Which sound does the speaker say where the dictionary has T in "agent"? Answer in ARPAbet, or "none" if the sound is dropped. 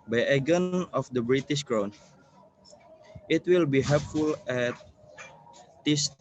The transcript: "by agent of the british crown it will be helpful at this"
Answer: none